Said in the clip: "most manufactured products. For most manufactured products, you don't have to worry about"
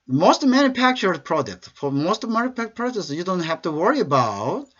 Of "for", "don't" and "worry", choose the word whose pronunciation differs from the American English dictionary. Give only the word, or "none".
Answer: none